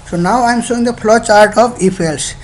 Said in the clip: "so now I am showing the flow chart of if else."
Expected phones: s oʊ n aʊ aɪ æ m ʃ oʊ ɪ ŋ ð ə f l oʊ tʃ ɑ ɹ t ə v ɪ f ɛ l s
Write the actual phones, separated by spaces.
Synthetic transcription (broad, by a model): s oʊ n aʊ aɪ m s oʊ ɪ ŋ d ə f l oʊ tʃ ɑ ɹ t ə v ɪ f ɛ l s